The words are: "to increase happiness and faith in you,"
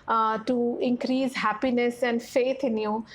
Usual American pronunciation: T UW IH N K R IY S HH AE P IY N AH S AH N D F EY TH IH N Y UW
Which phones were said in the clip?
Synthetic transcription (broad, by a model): T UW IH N K R IY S HH AE P IY N AH S AH N D F EY T IH N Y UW